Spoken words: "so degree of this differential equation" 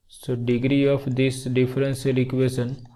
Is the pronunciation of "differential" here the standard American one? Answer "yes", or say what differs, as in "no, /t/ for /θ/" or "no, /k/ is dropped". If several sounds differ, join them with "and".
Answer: no, /s/ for /ʃ/